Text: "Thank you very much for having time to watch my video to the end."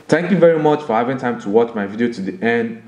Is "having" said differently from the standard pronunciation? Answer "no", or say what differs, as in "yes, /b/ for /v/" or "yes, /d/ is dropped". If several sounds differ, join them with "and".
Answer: no